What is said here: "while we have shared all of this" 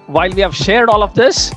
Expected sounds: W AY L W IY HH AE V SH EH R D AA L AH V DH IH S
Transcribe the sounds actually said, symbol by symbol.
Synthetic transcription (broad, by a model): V AY L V IY HH AE V SH EH R D AA L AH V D IH S